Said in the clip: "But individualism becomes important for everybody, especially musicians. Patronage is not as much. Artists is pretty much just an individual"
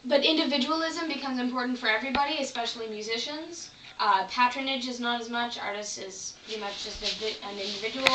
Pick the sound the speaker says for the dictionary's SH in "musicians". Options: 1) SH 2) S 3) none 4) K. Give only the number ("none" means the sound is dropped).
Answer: 1